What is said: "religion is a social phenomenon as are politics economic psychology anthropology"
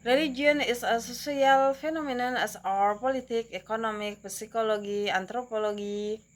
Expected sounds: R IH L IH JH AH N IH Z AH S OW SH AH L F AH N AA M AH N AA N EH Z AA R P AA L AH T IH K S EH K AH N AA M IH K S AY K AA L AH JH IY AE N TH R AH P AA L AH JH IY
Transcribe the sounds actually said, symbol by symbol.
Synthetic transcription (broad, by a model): R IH L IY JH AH N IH S AH S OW S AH L F AH N AA M AH N AA N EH S AA R P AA L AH T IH K EH K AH N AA M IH K S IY K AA L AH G IY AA N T R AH P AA L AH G IY